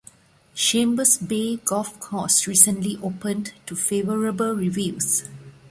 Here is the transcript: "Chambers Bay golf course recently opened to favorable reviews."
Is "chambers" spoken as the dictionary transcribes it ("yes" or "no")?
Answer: no